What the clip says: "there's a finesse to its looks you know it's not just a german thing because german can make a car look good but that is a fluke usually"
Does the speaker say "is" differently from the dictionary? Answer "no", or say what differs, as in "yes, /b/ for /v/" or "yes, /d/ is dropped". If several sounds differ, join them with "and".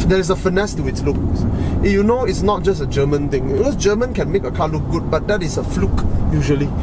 yes, /s/ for /z/